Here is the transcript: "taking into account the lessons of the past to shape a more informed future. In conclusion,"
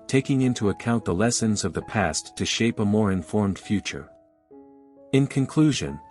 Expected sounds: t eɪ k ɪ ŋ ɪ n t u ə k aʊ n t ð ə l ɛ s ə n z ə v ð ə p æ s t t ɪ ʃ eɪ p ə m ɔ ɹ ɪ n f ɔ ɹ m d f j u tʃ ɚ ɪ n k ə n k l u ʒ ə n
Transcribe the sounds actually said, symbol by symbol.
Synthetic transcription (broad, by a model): t eɪ k ɪ ŋ ɪ n t u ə k aʊ n ð ə l ɛ s ə n z ə v ð ə p æ s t t ɪ ʃ eɪ p ə m ɔ ɹ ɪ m f ɔ ɹ m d f j u tʃ ɚ ɪ n k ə n k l u ʒ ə n